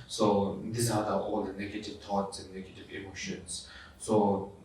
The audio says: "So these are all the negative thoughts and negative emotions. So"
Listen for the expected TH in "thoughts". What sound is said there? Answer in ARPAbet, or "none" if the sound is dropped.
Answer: T